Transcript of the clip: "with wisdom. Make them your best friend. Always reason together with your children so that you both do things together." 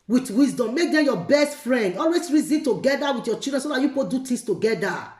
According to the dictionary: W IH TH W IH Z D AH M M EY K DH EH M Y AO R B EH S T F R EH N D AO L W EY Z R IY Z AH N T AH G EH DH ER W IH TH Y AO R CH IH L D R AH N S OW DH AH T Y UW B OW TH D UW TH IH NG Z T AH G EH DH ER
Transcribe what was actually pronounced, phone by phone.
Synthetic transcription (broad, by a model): W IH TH W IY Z D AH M M EY K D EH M Y AO B EH S T F R EH N D AO L W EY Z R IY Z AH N T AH G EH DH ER W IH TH Y AO CH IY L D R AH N S OW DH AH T Y UW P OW T D UW T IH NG S T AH G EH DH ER